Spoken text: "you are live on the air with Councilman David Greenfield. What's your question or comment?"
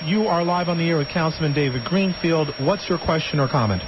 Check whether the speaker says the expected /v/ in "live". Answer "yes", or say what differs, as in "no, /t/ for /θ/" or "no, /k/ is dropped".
yes